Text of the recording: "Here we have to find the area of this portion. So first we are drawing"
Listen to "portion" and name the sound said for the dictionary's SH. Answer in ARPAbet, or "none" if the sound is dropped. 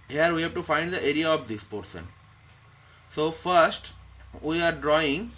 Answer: S